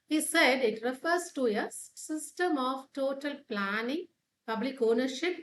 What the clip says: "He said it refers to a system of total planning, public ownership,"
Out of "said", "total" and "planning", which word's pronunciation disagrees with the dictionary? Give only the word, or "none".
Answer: none